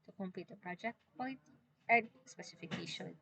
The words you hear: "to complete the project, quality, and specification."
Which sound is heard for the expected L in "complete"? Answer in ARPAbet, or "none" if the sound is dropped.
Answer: none